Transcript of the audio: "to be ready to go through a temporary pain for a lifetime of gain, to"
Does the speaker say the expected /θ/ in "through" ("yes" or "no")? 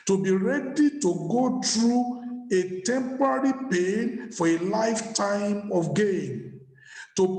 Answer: no